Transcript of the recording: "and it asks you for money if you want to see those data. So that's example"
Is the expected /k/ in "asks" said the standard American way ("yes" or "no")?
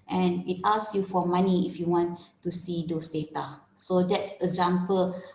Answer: no